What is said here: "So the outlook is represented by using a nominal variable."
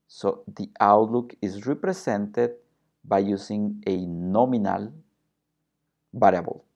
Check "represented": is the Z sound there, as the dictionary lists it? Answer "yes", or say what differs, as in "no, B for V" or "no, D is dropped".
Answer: no, S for Z